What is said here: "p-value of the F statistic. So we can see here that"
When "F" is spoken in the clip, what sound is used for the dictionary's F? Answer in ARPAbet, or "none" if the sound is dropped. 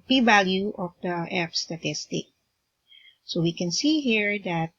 P